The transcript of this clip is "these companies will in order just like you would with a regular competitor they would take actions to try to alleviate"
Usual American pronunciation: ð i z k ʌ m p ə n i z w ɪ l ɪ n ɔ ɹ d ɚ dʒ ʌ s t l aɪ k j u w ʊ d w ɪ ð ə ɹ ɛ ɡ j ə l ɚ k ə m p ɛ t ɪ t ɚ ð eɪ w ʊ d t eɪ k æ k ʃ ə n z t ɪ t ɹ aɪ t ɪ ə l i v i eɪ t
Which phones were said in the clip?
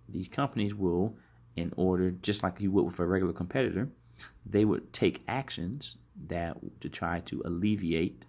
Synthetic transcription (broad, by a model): ð i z k ʌ m p ə n i z w ɪ l ɪ n ɔ ɹ d ɚ dʒ ʌ s t l aɪ k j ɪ w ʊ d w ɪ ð ə ɹ ɛ ɡ j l ɚ k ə m p ɛ t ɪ t ɚ ð eɪ w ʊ d t eɪ k æ k ʃ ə n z t ɪ t ɹ aɪ t ɪ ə l i v i eɪ t